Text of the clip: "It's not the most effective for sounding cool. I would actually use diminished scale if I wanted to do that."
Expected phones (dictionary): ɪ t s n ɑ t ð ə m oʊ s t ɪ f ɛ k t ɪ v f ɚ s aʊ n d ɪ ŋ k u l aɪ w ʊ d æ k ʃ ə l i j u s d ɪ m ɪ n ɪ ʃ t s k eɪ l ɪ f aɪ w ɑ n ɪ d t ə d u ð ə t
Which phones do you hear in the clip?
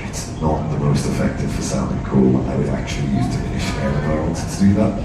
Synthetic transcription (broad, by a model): ɪ t s n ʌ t ð ə m oʊ s t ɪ f ɛ k t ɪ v f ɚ s aʊ n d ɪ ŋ k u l aɪ w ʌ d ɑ k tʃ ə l i j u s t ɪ ɪ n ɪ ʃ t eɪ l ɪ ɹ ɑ ɪ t t ə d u ð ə t